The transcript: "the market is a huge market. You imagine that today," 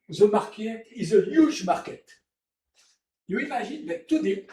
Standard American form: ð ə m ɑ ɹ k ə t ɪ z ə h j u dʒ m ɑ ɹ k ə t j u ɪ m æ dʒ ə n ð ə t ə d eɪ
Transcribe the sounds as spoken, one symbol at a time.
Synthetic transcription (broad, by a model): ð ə m ɑ ɹ k ə t ɪ z ə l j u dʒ m ɑ ɹ k ə t j u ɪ m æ ʒ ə n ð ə t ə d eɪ